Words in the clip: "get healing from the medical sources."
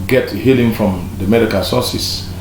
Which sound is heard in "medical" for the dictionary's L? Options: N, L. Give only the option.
N